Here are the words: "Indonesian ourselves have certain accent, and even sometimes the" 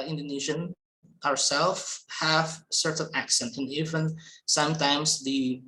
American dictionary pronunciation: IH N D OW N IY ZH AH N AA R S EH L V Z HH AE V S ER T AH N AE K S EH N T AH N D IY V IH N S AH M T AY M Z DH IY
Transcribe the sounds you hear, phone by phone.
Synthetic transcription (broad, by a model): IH N D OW N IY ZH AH N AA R S EH L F HH AE V S ER T AH N AE K S EH N T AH N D IY V IH N S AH M T AY M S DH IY